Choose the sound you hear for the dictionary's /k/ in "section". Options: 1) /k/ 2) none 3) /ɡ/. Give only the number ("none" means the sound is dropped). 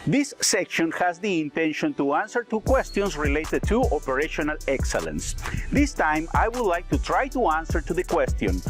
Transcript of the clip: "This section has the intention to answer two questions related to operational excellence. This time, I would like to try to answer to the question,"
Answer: 1